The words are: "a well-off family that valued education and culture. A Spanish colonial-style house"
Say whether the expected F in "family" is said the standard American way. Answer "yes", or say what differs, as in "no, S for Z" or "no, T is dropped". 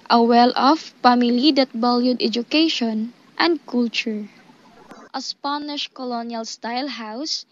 no, P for F